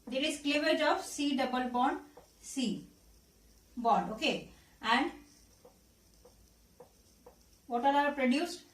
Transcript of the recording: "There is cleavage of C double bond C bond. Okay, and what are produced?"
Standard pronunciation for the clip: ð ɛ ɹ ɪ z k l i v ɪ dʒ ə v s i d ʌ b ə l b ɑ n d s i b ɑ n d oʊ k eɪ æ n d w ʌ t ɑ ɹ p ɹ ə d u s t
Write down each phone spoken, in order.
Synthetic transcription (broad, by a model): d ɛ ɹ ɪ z k l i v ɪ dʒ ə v s i d ʌ b ə l b ɑ n d s i b ɑ n d oʊ k eɪ æ n d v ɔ t ɑ ɹ p ɹ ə d u s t